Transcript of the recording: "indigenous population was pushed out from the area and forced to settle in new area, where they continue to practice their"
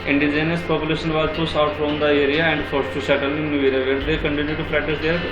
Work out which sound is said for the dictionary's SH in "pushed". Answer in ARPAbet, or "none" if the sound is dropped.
S